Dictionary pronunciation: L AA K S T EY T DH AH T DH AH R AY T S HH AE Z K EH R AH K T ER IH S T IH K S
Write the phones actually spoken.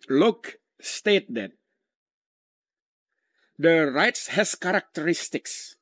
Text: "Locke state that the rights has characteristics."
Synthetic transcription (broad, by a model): L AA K S T EY T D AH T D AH R AY T S HH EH S K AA R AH K T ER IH S T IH K S